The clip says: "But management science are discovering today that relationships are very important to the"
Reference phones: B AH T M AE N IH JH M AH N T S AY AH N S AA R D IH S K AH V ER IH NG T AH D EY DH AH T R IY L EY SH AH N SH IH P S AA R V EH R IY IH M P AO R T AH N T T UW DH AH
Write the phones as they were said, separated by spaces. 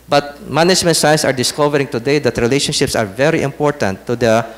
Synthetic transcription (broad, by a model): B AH T M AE N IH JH M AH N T S AY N S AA R D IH S K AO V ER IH NG T AH D EY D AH T R IY L EY SH AH N SH IH P S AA R V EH R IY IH M P AO R T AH N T T UW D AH